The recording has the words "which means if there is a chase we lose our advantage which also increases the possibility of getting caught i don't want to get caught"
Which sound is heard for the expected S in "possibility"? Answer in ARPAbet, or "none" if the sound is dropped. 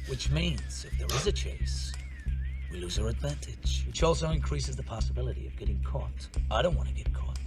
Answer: S